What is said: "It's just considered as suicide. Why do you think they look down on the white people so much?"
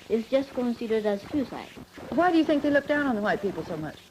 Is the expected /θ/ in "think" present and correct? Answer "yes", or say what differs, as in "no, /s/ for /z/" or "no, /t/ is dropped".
yes